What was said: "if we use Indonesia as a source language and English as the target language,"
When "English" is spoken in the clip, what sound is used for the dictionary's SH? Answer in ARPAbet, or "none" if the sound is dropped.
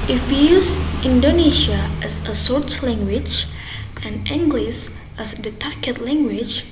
S